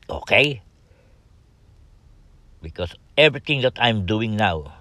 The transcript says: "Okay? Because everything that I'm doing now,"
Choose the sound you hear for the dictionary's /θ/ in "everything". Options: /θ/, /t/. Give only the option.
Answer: /t/